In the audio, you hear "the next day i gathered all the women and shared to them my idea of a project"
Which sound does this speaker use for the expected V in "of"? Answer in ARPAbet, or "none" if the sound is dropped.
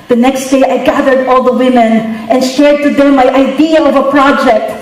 V